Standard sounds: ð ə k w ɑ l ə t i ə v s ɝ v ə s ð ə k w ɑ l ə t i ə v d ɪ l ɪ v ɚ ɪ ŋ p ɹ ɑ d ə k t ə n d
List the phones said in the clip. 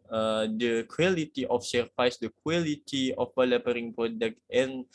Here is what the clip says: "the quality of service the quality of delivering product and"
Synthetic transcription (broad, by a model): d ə k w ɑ l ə t i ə f s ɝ f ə s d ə k w ɑ l ə t i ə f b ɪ l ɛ p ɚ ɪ ŋ p ɹ ɑ d ə k t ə n